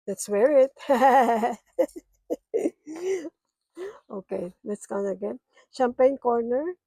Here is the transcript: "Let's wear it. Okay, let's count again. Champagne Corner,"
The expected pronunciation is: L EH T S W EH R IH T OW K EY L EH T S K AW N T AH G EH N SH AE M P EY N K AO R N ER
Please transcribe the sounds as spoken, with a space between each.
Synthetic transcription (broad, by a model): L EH T S W EH R IH T OW K EY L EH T S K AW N AH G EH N SH AE M P EY N K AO R N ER